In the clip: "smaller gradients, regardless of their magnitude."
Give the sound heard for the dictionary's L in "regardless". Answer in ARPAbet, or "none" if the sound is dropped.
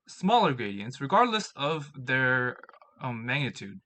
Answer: L